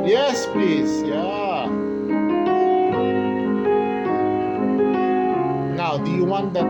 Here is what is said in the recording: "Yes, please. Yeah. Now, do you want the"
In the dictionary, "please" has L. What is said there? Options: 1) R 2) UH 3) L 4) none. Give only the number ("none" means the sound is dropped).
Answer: 4